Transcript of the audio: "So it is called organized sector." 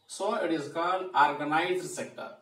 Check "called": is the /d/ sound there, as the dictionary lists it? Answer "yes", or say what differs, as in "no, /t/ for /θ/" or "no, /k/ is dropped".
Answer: no, /d/ is dropped